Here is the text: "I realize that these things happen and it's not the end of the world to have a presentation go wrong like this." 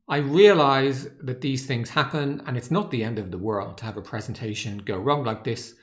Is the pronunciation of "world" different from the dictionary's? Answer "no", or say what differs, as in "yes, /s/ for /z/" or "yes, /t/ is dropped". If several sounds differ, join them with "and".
no